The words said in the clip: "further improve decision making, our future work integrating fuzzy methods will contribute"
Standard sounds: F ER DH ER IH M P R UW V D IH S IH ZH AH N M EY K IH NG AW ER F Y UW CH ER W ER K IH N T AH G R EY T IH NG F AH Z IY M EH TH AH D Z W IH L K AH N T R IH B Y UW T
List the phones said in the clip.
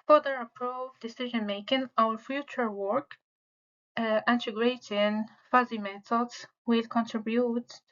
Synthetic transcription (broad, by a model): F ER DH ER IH P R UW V D IH S IH ZH AH N M EY K IH NG AW ER F Y UW CH ER W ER K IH N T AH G R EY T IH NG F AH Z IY M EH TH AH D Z W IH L K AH N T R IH B Y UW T